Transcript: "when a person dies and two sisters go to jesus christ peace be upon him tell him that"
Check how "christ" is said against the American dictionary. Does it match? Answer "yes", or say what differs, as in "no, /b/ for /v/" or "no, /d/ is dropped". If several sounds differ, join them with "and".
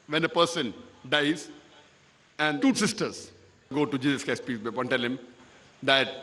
no, /ɹ/ is dropped